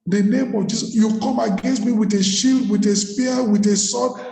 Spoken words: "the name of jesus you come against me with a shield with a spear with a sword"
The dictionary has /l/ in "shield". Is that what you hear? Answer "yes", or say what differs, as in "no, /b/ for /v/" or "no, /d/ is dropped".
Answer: yes